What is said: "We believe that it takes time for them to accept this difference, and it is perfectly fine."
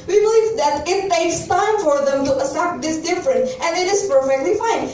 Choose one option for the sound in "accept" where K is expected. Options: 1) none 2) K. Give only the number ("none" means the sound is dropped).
1